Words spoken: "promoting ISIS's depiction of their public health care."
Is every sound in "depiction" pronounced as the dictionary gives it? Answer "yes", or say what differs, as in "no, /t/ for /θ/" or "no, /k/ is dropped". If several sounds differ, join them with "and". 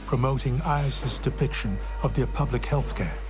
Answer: yes